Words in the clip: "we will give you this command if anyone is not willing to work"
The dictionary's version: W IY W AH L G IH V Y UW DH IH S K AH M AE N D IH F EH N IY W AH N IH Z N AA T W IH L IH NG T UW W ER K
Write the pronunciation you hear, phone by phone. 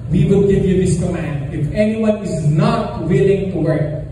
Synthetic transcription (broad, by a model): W IY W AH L G IH V Y UW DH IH S K AH M AE N D IH F EH N IY W AH N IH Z N AA T W IH L IH NG T UW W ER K